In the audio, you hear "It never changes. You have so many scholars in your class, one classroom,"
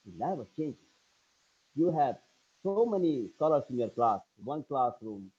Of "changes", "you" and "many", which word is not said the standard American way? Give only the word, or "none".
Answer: changes